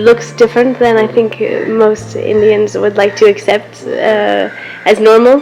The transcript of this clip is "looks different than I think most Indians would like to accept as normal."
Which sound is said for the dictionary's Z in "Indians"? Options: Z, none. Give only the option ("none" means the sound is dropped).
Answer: Z